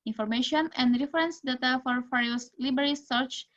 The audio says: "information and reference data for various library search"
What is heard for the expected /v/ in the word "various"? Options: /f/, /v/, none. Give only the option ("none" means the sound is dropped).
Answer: /f/